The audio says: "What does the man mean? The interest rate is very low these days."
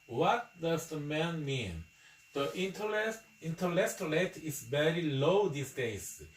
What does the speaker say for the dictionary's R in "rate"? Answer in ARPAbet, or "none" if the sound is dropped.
L